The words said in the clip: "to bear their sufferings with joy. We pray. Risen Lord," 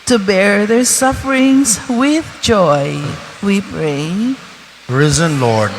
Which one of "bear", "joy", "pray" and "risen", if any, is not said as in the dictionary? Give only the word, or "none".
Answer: none